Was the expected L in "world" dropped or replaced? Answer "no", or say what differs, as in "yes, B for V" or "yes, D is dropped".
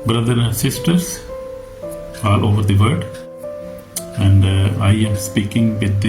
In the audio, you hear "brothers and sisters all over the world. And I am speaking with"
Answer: yes, L is dropped